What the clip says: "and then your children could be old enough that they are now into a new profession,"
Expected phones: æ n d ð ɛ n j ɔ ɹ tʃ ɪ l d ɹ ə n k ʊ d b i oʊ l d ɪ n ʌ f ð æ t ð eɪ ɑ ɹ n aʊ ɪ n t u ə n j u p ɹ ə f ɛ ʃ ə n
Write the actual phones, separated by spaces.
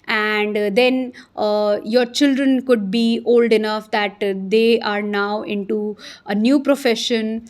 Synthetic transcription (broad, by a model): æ n d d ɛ n j ɔ ɹ tʃ ɪ l d ɹ ə n k ʊ d b i oʊ l d ɪ n ʌ f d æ t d eɪ ɑ ɹ n aʊ ɪ n t u ə n j u p ɹ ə f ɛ ʃ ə n